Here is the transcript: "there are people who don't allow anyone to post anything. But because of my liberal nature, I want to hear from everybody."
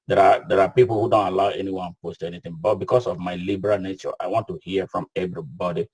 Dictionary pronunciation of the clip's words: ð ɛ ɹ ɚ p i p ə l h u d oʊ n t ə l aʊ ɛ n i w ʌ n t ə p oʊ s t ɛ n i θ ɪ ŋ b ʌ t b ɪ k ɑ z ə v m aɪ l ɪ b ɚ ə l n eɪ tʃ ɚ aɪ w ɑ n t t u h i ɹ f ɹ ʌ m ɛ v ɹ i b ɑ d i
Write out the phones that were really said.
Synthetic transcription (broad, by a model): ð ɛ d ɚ p i p l h u d oʊ n t ə l aʊ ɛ n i w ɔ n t p oʊ s t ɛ n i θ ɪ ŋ b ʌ t b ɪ k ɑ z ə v m aɪ l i b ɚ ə l n eɪ tʃ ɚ aɪ w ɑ n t t u h i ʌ f ɹ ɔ m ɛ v ɹ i b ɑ d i